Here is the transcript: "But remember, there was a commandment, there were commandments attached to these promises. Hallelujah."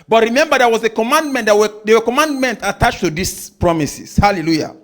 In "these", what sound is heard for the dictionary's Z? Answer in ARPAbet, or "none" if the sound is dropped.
S